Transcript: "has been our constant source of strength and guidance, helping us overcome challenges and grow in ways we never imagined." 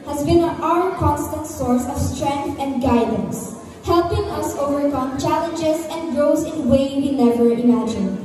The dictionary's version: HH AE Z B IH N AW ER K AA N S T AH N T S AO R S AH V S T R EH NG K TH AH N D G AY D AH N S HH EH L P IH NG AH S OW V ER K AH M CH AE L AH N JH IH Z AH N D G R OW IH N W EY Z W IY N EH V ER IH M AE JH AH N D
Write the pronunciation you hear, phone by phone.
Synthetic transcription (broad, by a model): HH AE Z B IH N AW ER K AA N S T AH N T S AO R S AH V S T R EH NG K TH AH N D G AY D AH N S HH EH L P IH NG AH S OW V ER K AH M CH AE L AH N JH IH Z AH N D G R OW IH N W EY W IY N EH V ER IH M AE JH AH N